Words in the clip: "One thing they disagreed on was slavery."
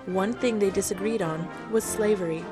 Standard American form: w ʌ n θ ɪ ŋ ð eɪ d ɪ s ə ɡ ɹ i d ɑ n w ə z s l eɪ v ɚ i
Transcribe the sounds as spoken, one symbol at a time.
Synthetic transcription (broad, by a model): w ʌ n θ ɪ ŋ ð eɪ d ɪ s ə ɡ ɹ i d n w ə z s l eɪ v ɚ i